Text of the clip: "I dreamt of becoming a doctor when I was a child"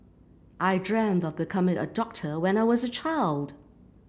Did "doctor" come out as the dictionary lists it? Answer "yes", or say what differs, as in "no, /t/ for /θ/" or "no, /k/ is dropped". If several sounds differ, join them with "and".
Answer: yes